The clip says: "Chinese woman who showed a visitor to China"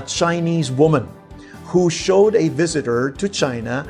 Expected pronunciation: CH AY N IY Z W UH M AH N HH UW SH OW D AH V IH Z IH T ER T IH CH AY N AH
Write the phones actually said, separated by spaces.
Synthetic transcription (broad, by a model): CH AY N IY Z W UH M AH N HH UW SH OW D AH V IH Z IH T ER T IH CH AY N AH